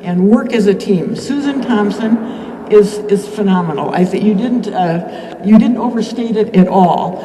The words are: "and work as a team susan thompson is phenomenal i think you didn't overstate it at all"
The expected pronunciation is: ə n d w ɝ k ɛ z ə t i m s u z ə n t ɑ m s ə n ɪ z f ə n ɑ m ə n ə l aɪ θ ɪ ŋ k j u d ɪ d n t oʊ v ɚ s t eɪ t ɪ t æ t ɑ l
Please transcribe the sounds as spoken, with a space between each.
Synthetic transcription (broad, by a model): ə n w ɝ k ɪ z ə t i m s u z ə n t ɑ m s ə n ɪ z f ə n ɑ m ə n l aɪ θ ɪ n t j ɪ d ɪ d n t oʊ v ɚ s t eɪ t ɪ t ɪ t ɑ l